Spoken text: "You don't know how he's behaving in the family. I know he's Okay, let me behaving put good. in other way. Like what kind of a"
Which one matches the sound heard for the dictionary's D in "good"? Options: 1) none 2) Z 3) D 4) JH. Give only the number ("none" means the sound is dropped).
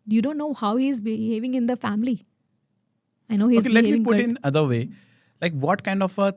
1